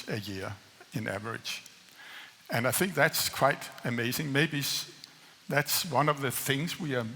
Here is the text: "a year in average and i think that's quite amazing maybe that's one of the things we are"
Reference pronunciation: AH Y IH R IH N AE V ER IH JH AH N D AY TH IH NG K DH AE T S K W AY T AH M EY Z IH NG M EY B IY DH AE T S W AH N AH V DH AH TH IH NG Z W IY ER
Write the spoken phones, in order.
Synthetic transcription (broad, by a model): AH Y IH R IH N AE V ER IH JH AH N AY TH IH NG K DH AE T S K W AY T AH M EY Z IH NG M EY B IY DH AE T S W AH N AH V DH AH TH IH NG Z W IY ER